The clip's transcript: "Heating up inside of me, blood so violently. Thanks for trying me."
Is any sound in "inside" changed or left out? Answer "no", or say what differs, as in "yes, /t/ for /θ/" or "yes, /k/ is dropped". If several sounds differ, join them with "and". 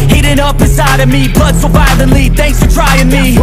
yes, /n/ is dropped